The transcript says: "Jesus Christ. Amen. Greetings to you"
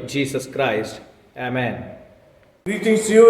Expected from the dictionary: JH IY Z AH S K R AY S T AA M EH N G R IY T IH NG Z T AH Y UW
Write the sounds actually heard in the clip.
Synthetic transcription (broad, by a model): JH IY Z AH S K R AY S T AA M EH N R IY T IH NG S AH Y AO